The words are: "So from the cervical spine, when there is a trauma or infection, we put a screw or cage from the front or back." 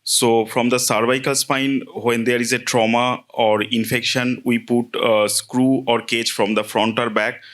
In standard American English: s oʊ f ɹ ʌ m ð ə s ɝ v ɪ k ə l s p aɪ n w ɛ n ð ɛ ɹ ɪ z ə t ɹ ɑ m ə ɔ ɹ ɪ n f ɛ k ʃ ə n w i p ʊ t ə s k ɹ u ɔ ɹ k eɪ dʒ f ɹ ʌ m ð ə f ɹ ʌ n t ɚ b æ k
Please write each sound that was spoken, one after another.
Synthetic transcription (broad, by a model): s oʊ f ɹ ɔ m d ə s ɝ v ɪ k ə l s p aɪ n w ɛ n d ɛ ɹ ɪ z ə t ɹ ɑ m ə ɔ ɹ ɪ n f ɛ k ʃ ə n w i p ʊ t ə s k ɹ u ɔ ɹ k eɪ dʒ f ɹ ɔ m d ə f ɹ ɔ n t ɚ b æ k